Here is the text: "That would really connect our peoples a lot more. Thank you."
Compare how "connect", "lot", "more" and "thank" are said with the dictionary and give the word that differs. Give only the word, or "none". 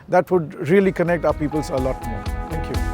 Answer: thank